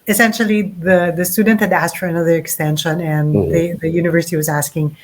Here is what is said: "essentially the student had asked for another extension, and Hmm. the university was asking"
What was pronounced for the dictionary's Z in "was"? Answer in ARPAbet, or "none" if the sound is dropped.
Z